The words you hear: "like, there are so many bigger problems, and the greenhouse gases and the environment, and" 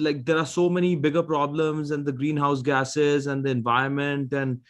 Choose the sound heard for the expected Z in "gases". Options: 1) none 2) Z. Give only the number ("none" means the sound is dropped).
2